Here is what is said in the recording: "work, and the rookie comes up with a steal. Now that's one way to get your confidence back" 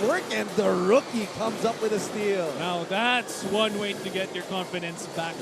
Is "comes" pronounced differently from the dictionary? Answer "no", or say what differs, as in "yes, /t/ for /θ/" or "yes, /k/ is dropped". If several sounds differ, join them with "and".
no